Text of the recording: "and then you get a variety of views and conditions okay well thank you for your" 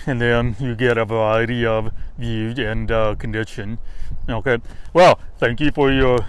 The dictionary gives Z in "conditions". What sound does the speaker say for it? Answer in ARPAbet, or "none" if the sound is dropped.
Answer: none